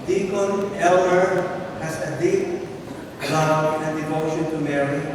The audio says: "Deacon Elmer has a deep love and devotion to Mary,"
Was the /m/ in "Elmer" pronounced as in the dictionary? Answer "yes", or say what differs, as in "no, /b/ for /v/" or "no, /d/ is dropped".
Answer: no, /m/ is dropped